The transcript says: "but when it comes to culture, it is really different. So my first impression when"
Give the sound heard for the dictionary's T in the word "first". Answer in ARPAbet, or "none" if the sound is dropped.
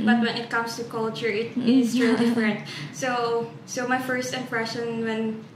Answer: T